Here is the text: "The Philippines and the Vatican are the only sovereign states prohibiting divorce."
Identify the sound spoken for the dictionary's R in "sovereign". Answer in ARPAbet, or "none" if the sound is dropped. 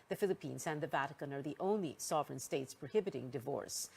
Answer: R